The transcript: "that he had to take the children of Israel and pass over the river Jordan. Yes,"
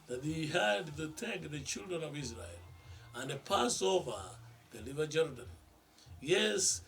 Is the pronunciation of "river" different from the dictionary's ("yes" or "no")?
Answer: yes